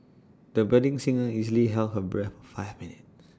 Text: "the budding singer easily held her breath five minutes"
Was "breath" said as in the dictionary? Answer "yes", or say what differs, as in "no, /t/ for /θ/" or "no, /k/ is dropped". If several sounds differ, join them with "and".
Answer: no, /f/ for /θ/